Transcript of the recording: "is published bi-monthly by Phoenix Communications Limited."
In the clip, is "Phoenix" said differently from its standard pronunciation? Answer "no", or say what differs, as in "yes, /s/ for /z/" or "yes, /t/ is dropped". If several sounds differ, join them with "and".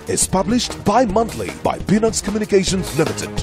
yes, /k/ is dropped